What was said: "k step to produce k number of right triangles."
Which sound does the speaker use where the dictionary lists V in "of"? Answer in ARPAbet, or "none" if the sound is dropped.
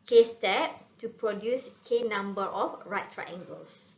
F